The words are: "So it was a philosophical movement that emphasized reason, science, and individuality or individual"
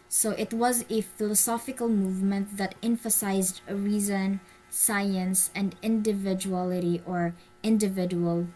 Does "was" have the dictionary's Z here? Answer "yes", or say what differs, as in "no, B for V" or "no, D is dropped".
yes